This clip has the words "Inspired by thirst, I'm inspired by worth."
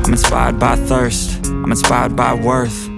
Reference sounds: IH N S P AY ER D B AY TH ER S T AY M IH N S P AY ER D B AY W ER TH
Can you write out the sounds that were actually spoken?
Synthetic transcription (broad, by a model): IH N S P AY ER D B AY TH ER S T AY M IH N S P AY ER D B AY W ER TH